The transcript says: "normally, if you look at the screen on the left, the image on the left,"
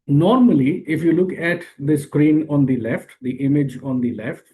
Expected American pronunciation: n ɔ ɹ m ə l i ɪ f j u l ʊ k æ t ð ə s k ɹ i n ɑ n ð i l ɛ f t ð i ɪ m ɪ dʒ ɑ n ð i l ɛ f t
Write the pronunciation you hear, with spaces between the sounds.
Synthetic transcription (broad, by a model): n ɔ ɹ m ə l i ɪ f j u l ʊ k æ t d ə s k ɹ i n ɑ n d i l ɛ f t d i ɪ m ɪ dʒ ɑ n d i l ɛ f t